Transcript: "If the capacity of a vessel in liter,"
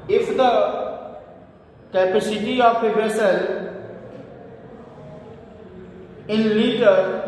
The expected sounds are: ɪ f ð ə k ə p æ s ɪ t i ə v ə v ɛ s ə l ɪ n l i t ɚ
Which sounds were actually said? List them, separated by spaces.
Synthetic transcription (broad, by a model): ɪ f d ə k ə p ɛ s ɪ t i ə p ə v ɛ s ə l ɪ n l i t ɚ